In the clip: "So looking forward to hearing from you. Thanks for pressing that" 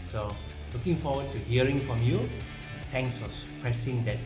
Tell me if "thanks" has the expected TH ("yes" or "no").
no